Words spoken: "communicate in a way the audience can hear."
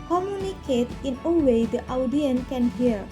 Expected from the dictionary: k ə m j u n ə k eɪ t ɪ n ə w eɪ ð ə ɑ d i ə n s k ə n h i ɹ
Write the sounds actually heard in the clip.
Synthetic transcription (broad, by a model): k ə m j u n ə k eɪ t ɪ n ə w eɪ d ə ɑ d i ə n k ə n h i ɹ